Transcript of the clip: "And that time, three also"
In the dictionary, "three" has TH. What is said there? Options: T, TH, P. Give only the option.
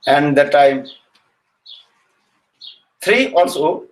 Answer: T